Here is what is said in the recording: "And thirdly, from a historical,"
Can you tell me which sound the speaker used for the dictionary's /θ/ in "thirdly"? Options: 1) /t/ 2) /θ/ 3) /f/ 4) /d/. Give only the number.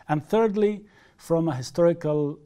2